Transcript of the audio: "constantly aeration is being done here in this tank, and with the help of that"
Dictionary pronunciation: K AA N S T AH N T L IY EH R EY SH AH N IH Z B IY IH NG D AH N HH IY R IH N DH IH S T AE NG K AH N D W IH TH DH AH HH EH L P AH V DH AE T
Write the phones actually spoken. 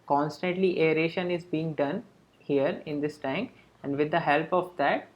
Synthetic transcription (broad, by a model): K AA N S T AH N T L IY EH R EY SH AH N IH Z B IY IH NG D AH N HH IY R IH N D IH S T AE NG K AH N D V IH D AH HH EH L P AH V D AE T